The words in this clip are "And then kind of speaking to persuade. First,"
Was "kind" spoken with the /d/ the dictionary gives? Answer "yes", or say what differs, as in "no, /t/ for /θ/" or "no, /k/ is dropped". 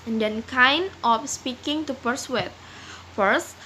no, /d/ is dropped